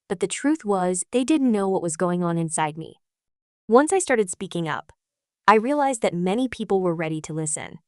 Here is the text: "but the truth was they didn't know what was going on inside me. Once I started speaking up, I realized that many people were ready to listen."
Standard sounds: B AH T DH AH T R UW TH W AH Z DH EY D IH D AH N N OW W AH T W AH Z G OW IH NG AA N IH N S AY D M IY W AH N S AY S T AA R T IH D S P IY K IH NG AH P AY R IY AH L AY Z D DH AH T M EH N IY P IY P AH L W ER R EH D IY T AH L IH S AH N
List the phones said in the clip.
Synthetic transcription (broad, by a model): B AH T DH AH T R UW TH W AH Z DH EY D IH D N N OW W AH T W AH Z G OW IH NG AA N IH N S AY D M IY W AH N S AY S T AA R T IH D S P IY K IH NG AH P AY R IY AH L AY Z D DH AH T M EH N IY P IY P L W ER R EH D IY T AH L IH S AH N